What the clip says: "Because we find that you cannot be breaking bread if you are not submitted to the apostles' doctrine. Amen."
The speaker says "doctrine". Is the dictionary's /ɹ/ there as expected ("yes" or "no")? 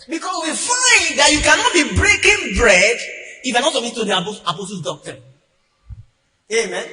no